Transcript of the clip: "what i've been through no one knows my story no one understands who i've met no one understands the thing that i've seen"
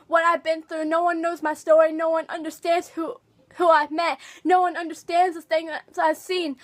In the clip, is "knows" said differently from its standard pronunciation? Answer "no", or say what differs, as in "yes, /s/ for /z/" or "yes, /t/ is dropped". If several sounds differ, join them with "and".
no